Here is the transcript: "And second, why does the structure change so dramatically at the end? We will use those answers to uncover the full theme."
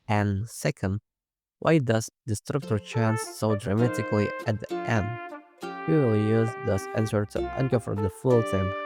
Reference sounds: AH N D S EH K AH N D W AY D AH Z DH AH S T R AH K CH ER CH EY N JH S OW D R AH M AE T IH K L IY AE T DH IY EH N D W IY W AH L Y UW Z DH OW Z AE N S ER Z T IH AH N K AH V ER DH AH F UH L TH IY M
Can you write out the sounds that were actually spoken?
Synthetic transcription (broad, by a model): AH N S EH K AH N D W AY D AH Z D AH S T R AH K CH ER CH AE N S OW D R AH M AE T IH K L IY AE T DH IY EH N D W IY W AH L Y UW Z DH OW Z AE N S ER T IH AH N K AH F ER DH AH F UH L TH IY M